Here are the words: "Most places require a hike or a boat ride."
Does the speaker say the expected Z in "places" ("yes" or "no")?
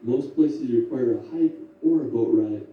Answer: no